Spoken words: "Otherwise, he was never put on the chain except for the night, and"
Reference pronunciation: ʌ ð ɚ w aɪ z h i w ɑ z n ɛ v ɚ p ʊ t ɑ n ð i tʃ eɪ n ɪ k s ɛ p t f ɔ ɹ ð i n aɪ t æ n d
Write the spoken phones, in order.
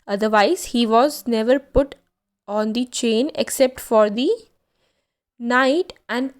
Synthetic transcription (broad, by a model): ʌ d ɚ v aɪ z h i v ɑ z n ɛ v ɚ p ʊ t ɑ n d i tʃ eɪ n ɪ k s ɛ p t f ɔ ɹ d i n aɪ t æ n d